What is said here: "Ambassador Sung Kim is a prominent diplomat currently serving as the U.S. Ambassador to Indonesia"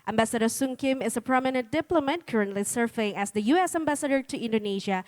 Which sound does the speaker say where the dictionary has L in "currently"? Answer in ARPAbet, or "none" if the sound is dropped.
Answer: L